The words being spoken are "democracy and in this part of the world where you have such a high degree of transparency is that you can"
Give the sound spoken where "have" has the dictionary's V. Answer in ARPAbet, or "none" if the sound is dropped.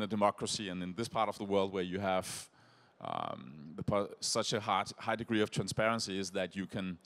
P